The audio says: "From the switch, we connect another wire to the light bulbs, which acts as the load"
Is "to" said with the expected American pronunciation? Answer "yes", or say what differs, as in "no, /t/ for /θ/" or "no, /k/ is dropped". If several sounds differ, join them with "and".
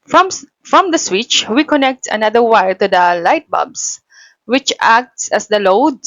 yes